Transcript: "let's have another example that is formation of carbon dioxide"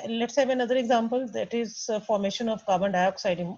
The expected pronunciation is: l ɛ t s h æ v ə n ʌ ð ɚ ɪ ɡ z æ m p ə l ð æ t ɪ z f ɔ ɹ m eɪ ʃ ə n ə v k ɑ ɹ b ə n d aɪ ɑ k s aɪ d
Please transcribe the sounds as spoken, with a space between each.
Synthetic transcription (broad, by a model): l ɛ t s h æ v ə n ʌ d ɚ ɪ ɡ z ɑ m p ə l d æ t ɪ z f ɔ ɹ m eɪ ʃ ə n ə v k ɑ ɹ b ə n d aɪ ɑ k s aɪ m